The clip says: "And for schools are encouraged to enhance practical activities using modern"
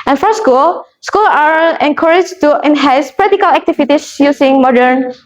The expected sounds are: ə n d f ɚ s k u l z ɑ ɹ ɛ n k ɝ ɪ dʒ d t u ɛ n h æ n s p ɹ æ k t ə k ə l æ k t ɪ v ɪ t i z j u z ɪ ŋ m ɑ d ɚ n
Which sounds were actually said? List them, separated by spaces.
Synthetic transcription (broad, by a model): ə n f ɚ s k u l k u l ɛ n k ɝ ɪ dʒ t u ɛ n h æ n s p ɹ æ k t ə k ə l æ k t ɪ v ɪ t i s j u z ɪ ŋ m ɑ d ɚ n